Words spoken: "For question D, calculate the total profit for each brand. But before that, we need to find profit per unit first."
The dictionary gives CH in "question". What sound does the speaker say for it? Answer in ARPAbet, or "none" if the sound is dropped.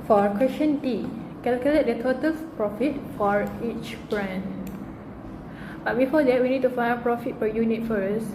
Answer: SH